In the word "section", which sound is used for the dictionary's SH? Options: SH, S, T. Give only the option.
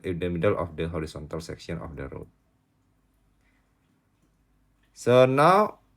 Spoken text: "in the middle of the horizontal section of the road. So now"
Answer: S